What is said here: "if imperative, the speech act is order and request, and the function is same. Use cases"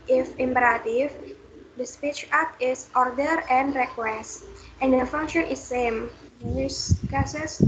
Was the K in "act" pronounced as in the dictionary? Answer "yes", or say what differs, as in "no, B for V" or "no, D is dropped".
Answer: no, K is dropped